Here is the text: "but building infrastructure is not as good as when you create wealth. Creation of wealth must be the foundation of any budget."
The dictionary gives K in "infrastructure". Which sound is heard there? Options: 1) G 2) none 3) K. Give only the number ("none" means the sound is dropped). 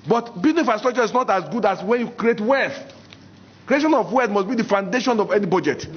2